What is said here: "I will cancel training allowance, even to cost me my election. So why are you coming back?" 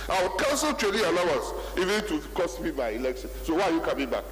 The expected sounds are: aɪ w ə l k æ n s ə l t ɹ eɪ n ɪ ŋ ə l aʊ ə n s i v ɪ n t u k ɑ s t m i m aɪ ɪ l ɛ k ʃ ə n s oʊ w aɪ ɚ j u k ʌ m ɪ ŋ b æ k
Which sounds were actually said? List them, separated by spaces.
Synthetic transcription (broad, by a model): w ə w k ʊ n s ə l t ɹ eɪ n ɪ ə l aʊ ə n s i v ɪ n t u k ɑ s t m i m aɪ ɪ l ɛ k ʃ ə n s oʊ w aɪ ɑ j u k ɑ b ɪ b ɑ k